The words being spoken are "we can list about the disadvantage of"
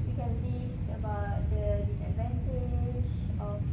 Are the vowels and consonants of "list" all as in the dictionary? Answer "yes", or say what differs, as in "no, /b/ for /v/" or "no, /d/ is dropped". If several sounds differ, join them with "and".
no, /t/ is dropped